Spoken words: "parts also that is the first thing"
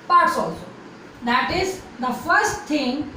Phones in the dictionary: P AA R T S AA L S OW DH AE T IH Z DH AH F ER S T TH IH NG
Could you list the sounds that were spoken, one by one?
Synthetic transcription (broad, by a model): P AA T S AA L S OW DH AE T IH Z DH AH F ER S T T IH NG